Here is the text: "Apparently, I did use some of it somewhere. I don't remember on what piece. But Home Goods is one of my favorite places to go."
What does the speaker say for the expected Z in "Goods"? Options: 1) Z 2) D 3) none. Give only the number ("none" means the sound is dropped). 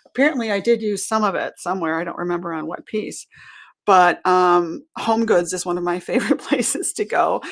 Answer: 1